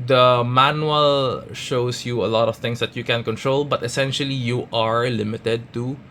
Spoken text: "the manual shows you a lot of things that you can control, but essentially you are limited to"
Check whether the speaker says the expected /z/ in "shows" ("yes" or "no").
no